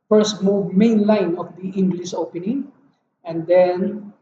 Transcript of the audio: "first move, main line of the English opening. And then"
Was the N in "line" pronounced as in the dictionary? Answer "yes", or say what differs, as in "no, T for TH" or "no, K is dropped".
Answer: yes